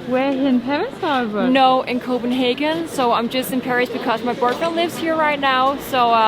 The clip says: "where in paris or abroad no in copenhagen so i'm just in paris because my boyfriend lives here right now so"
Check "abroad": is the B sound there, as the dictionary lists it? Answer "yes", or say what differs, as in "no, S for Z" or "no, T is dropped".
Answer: no, B is dropped